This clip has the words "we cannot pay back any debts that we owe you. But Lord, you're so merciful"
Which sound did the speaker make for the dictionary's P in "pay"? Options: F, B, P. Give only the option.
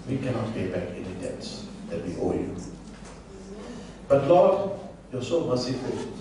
F